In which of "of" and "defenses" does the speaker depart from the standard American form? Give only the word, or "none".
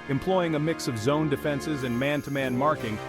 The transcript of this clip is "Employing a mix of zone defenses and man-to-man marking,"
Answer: none